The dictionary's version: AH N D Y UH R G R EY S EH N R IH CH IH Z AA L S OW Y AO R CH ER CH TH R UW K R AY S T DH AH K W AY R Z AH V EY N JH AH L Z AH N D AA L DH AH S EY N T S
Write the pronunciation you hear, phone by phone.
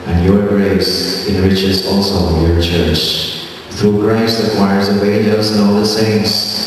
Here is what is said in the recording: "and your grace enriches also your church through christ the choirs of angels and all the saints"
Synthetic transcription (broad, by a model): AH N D Y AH R G R EY S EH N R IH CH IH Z AA L S OW Y AO R CH ER CH TH R UW K R AY S T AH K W AY R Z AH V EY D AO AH Z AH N AA L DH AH S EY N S